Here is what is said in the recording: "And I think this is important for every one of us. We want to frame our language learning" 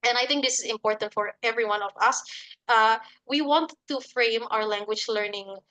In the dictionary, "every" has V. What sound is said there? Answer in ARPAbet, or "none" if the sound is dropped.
V